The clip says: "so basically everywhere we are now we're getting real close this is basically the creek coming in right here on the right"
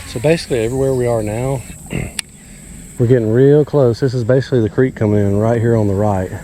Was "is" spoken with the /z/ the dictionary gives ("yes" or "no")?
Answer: yes